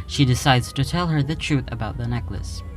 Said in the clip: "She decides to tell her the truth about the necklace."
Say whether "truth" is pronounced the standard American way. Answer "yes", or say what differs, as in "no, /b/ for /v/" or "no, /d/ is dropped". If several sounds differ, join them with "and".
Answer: yes